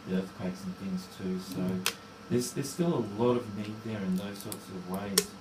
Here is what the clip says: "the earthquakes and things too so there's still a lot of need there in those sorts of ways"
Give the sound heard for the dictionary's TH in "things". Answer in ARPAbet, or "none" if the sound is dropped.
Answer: TH